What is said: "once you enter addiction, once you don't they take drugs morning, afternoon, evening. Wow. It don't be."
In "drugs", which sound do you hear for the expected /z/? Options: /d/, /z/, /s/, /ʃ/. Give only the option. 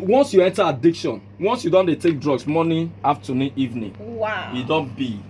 /s/